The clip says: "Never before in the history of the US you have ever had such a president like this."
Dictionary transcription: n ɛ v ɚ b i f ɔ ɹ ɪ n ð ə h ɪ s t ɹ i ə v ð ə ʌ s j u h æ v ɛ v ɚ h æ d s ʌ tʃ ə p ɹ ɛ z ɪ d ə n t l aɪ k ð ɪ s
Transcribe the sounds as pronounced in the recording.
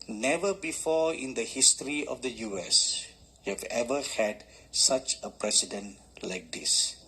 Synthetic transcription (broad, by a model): n ɛ v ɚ b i f ɔ ɪ n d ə h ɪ s t ɹ i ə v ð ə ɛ s j u h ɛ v ɛ v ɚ h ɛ d s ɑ tʃ ə p ɹ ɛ s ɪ d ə n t l aɪ k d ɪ s